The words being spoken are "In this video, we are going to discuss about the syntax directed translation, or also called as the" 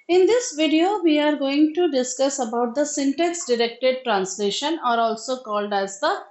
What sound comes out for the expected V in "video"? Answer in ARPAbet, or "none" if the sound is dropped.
V